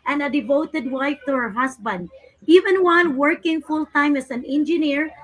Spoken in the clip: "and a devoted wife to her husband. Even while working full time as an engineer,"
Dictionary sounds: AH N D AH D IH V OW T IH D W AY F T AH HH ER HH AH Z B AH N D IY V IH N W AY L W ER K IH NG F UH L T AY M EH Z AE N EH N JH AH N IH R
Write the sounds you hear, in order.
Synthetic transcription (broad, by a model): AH N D AH D IH V OW T IH D W AY F T AH HH ER HH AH S B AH N D IY V IH N W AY N W ER K IH NG F UH L T AY M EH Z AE N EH N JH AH N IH R